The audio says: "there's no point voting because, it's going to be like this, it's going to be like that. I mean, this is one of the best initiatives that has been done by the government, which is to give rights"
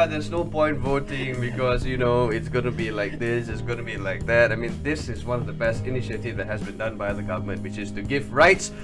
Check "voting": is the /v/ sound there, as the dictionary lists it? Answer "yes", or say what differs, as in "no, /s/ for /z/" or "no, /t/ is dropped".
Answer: yes